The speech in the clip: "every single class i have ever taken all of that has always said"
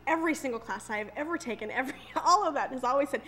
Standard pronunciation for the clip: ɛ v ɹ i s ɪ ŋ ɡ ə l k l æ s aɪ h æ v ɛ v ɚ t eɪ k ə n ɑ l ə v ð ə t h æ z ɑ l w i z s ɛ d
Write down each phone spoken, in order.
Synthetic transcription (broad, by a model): ɛ v ɹ i s ɪ ŋ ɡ l k l æ s aɪ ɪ v ɛ v ɚ t eɪ k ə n ɑ l ə v ð ə t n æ z ɑ l w i z s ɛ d